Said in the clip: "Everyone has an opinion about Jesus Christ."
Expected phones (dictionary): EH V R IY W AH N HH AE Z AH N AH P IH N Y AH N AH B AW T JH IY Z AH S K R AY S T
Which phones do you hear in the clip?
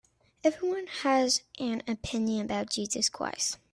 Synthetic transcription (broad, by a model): EH V R IY W AH N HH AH Z AH N AH P IH N Y AH N AH B AW T JH IY Z AH S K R AY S